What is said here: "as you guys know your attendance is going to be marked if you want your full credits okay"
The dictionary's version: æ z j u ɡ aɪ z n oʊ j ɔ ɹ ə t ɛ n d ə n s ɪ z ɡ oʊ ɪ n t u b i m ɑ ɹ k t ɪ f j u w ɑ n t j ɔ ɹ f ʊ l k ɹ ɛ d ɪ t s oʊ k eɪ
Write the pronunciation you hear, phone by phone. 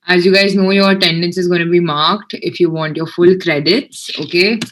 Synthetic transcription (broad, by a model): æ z j u ɡ aɪ z n oʊ j ɔ ɹ t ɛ n d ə n s ɪ z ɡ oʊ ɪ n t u b i m ɑ ɹ k t ɪ f j u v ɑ n t j ɔ ɹ f ʊ l k ɹ ɛ d ɪ t s oʊ k eɪ